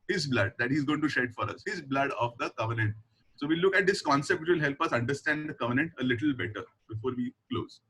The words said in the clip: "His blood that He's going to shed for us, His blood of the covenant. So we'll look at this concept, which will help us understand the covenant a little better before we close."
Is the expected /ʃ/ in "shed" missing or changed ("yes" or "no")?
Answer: no